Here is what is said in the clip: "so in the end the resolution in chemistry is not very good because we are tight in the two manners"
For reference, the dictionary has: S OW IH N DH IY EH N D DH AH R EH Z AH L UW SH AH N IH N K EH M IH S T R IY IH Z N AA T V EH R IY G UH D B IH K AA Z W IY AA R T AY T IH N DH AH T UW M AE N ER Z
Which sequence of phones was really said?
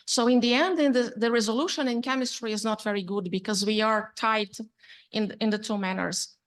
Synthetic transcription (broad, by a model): S OW IH N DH IY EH N D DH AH R EH Z AH L UW SH AH N IH N K EH M IH S T R IY IH Z N AA T V EH R IY G UH D B IH K AA Z W IY AA R T AY T IH N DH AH T UW M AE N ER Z